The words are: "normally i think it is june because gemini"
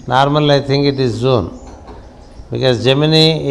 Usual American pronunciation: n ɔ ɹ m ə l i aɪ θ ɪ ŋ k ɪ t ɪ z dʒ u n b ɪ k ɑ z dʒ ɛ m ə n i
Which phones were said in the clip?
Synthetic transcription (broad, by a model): n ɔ ɹ m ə l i aɪ t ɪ ŋ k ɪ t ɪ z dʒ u n b ɪ k ɑ z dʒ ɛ m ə n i